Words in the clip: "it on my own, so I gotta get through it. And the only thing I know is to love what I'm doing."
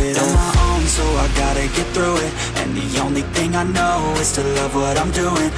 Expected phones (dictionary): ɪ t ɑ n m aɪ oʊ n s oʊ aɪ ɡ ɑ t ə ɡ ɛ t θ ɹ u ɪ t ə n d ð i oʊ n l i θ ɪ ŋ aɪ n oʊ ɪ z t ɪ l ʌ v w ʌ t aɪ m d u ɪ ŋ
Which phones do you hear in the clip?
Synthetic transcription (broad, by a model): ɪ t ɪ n m aɪ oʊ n s oʊ aɪ ɡ ɑ t ə ɡ ɛ t θ ɹ u ɪ t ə n ð i oʊ n l i θ ɪ ŋ aɪ n oʊ ɪ z t ɪ l ʌ v w ʌ t aɪ m d u ɪ ŋ